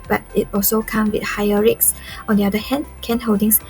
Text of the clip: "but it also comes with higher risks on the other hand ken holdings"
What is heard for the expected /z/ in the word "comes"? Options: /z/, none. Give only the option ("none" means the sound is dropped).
none